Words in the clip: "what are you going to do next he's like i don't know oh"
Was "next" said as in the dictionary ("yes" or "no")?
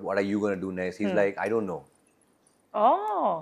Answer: no